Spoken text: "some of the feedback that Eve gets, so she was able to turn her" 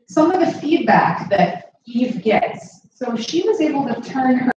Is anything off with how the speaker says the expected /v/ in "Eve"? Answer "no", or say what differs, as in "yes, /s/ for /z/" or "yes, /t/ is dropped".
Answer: no